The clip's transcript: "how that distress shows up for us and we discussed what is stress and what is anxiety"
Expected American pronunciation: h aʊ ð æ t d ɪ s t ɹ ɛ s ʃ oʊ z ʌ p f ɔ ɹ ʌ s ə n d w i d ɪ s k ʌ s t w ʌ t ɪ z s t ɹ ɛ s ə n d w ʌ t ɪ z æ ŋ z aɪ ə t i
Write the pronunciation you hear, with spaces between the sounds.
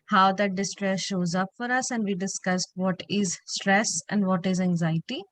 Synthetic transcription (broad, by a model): h aʊ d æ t d ɪ s t ɹ ɛ s ʃ oʊ z ʌ p f ɔ ɹ ʌ s ə n d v i d ɪ s k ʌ s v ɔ t ɪ z s t ɹ ɛ s ə n d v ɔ t ɪ z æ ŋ z aɪ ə t i